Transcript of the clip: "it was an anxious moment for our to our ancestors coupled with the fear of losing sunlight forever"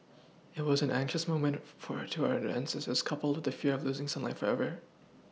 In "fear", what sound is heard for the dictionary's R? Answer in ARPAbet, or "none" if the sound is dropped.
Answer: R